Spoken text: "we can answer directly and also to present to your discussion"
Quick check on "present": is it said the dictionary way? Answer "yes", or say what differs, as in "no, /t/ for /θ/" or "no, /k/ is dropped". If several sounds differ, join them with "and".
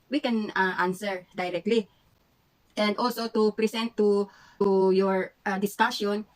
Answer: no, /s/ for /z/